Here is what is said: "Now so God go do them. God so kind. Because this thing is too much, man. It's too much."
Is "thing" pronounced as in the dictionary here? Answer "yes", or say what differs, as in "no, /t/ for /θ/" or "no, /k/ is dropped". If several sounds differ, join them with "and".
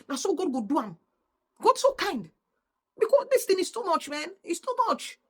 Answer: no, /t/ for /θ/